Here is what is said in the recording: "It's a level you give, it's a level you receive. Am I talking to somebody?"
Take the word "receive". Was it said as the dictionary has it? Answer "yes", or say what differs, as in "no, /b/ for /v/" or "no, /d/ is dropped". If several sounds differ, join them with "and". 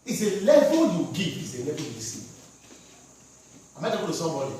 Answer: no, /v/ is dropped